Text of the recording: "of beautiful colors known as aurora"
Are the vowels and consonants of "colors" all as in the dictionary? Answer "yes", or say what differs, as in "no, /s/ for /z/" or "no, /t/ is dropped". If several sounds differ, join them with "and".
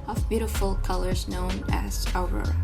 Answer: yes